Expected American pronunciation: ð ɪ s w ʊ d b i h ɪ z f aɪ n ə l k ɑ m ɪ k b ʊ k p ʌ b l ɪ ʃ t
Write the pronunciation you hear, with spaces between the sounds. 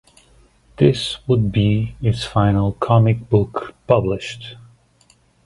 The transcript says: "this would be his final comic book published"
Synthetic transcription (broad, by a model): ð ɪ s w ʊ d b i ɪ s f aɪ n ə l k ɑ m ɪ k b ʊ k p ʌ b l ɪ ʃ t